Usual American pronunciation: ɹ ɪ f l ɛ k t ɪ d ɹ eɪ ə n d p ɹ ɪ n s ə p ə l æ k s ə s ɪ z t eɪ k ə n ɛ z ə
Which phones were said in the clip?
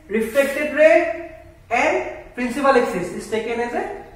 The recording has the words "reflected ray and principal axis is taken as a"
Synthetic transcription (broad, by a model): ɹ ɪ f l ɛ k t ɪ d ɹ eɪ ə n d p ɹ ɪ n s ə p ə l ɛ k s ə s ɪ s t eɪ k ə n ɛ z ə